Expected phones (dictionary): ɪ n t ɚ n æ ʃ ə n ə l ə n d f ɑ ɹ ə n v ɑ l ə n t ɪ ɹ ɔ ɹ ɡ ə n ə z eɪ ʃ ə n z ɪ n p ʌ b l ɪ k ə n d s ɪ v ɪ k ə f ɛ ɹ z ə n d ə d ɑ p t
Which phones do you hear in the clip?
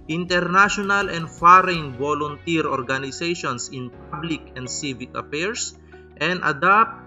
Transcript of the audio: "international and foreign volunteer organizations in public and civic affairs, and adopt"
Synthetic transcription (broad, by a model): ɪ n t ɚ n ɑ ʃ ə n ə l ə n d f ɑ ɹ ə n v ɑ l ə n t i ɹ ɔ ɹ ɡ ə n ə s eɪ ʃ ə n s ɪ n p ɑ b l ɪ k ə n d s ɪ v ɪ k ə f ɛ ɹ s ə n d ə d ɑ p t